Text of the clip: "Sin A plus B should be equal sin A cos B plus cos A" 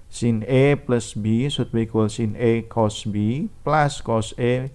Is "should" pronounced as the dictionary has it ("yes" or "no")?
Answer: no